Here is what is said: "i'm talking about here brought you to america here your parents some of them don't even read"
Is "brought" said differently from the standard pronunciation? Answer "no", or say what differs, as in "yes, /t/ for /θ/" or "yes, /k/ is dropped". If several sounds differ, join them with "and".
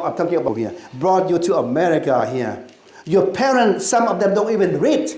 no